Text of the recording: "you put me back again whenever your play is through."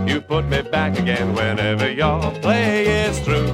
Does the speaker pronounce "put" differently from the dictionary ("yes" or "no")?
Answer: no